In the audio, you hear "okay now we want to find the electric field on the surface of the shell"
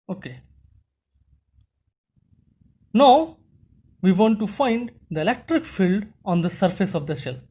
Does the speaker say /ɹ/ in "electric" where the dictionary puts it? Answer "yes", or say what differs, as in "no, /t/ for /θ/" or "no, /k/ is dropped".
yes